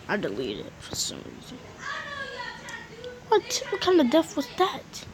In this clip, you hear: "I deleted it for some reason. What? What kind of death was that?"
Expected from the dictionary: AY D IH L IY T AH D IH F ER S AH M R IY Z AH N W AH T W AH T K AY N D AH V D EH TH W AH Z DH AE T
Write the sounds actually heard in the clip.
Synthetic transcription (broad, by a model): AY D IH L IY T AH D IH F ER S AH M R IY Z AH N W AH T W AH T K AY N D AH V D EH F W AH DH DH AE T